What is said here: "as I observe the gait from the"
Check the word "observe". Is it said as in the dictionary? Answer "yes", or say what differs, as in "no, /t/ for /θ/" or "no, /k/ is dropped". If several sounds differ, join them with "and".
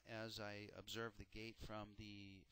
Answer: yes